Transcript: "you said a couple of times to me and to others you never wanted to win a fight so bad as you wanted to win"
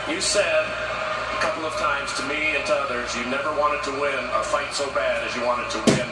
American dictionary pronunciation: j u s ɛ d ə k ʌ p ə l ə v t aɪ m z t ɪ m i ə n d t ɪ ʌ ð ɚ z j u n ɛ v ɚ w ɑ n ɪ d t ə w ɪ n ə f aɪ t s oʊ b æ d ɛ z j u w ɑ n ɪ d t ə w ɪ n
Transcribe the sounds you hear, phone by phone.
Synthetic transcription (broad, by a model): j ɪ s ɛ d ə k ʌ p l ə v t aɪ m z t ɪ m i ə n t ɪ ʌ ð ɚ z j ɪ n ɛ v ɚ w ɑ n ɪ d t ə w ɪ n ə f aɪ t s oʊ b æ d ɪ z j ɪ w ɑ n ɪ d t ə w ɪ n